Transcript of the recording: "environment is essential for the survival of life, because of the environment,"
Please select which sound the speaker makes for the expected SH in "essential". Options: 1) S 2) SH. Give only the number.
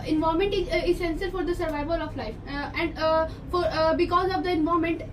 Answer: 1